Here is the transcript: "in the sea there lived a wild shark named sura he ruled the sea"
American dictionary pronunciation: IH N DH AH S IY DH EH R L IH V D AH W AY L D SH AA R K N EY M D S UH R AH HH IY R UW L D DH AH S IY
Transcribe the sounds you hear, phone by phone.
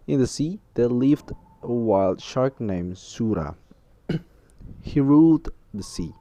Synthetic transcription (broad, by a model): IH N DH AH S IY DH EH L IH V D AH W AY L D SH AA R K N EY M S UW R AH HH IY R UW L D DH AH S IY